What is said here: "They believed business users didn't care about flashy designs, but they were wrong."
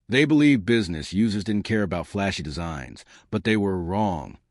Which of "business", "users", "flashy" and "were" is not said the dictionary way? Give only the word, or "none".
none